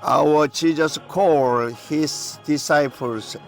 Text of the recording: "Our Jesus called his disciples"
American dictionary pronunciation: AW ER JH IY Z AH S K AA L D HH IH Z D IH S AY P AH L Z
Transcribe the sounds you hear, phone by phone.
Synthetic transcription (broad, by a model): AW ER CH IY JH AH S K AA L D HH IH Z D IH S AY P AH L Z